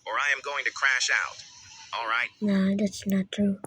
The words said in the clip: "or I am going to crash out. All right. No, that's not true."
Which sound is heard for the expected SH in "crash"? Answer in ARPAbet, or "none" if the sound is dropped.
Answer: SH